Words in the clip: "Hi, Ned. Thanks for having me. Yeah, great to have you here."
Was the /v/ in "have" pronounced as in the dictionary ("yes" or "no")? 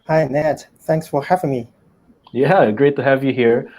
yes